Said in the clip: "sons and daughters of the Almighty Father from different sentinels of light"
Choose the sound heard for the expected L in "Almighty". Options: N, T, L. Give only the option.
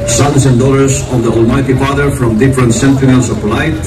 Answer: L